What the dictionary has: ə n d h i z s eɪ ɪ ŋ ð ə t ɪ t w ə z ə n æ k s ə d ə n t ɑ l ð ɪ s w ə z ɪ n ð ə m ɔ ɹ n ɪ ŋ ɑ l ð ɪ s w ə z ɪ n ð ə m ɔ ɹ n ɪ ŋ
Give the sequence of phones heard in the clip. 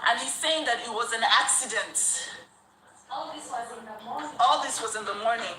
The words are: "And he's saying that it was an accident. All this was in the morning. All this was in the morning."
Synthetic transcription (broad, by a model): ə n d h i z s eɪ ɪ ŋ ð ə t ɪ t w ə z ə n æ k s ə d ə n t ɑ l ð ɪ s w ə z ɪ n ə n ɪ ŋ ɑ l ð ɪ s w ə z ɪ n ð ə m ɔ ɹ n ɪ ŋ